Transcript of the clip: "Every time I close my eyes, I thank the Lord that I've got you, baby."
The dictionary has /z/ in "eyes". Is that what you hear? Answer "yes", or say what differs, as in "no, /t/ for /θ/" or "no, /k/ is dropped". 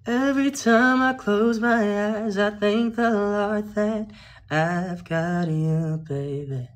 yes